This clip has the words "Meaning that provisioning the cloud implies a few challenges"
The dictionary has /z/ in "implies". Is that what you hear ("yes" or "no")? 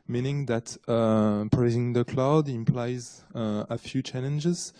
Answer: yes